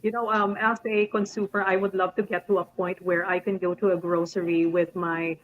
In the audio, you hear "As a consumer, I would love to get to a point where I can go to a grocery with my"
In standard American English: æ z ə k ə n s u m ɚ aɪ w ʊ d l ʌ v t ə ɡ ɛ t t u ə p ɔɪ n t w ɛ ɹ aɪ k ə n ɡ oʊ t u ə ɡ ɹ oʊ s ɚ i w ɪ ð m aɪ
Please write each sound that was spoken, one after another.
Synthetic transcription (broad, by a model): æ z ə k ə n s u m ɚ aɪ w ʊ d l ʌ v t ə ɡ ɛ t t u ə p ɔɪ n t w ɛ ɹ aɪ k ə n ɡ oʊ t u ə ɡ ɹ oʊ s ɚ i w ɪ ð m aɪ